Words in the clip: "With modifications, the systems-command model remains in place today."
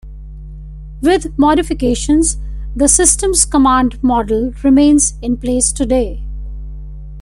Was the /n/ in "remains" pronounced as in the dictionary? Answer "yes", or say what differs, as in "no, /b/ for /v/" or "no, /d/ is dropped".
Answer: yes